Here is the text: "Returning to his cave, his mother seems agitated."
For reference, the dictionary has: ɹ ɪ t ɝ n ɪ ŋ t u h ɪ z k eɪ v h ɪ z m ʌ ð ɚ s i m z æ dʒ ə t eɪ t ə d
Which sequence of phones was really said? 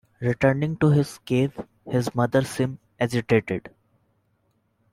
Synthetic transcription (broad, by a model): ɹ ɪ t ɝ n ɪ ŋ t u h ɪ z k eɪ v h ɪ z m ʌ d ɚ s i m ɛ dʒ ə t eɪ t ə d